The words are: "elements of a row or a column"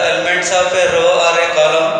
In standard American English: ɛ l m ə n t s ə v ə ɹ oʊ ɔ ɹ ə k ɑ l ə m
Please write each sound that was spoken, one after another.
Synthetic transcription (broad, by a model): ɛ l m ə n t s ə p ə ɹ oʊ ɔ ɹ ə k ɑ l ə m